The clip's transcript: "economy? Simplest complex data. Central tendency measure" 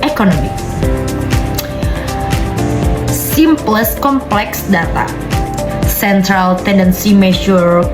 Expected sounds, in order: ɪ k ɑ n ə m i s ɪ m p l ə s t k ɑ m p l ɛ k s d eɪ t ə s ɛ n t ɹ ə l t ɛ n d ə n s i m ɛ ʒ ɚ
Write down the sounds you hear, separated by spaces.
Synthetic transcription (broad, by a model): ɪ k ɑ n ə m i s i m p l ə s k ɑ m p l ɛ k s d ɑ t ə s ɛ n t ɹ ə l t ɛ n d ə n s i m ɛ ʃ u